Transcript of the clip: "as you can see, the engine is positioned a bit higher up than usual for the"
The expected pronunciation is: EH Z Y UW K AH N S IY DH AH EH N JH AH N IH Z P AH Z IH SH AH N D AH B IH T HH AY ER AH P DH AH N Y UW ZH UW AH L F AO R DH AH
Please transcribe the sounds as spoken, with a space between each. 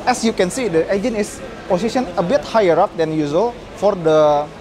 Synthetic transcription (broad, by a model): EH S Y UW K AH N S IY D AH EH JH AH N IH S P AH S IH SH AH N AH B IH T HH AY ER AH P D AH N Y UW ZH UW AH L F AO R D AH